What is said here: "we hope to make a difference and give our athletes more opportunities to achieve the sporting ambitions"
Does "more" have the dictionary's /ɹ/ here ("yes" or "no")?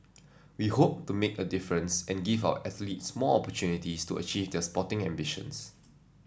no